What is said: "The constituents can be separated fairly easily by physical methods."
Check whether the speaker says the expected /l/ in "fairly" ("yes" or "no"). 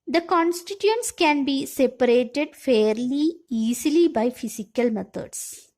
yes